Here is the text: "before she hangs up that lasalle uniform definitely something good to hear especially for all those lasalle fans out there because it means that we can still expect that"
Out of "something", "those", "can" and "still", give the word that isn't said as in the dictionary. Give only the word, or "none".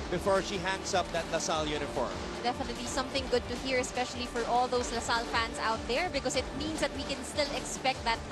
those